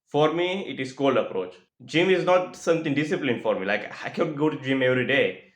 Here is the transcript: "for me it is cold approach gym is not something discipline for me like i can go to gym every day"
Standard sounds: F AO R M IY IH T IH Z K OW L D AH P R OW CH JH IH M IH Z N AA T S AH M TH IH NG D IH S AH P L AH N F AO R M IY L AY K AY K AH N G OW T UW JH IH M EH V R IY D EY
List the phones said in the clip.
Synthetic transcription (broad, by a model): F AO R M IY IH T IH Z K OW L D AH P R OW CH JH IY M IH Z N AA T S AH M T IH NG D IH S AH P L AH N F AO R M IY L AY K AY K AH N G OW T UW JH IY M EH V R IY D EY